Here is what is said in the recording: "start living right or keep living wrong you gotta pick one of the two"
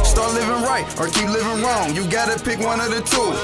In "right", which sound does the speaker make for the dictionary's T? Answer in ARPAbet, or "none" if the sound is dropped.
T